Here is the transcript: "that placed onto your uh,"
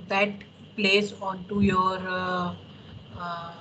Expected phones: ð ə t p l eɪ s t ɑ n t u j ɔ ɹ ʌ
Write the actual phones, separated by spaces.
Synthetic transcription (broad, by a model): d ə t p l eɪ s ɑ n t u j ɔ ɹ